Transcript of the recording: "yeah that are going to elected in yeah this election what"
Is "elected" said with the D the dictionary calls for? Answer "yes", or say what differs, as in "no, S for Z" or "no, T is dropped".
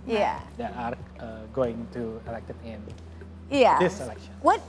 no, D is dropped